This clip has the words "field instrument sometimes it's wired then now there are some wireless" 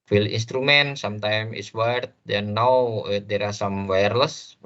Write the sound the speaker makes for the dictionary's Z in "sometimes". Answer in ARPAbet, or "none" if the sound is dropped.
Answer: none